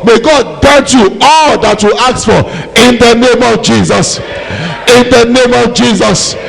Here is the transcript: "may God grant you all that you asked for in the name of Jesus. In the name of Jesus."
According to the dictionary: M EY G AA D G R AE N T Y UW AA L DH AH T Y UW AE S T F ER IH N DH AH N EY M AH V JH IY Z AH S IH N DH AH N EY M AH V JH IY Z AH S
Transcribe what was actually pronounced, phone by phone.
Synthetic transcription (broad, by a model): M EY G AA D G EH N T Y UW AA L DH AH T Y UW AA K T F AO IH N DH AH N EY M AH V JH IY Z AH S IH N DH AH N EY M AH V JH IY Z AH S